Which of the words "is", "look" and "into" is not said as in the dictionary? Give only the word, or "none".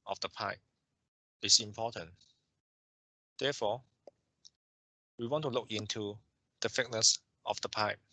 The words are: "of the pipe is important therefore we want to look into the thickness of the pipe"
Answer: is